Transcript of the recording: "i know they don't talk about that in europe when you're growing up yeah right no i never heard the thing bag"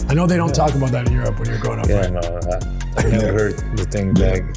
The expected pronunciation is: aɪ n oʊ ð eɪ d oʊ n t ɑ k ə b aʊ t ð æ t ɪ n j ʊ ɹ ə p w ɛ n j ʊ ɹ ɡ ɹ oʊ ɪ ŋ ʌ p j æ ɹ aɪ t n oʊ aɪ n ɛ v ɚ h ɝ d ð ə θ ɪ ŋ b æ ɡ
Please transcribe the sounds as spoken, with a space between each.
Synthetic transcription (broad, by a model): aɪ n oʊ ð eɪ d oʊ n t ɑ k ə b aʊ t ð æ t ɪ n j ʊ ɹ ə p w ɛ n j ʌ ɹ ɡ oʊ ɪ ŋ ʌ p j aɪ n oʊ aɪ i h ɝ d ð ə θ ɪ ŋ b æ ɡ